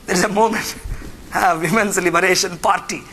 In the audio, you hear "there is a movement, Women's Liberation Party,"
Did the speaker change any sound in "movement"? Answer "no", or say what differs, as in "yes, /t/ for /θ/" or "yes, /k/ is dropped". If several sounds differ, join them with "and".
yes, /v/ is dropped